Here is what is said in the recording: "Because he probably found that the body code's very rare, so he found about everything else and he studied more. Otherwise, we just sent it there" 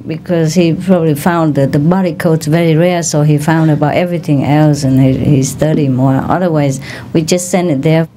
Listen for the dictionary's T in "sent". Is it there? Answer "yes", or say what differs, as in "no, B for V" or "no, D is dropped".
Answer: no, T is dropped